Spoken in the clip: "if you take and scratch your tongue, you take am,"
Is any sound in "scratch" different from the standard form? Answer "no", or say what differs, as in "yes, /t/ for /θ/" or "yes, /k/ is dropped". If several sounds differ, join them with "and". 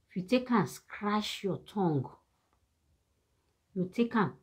yes, /ʃ/ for /tʃ/